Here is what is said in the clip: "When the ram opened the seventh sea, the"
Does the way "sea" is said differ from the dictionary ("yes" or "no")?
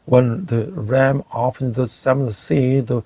no